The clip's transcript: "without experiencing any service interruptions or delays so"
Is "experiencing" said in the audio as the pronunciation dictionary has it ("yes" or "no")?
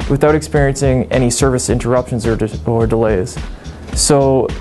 yes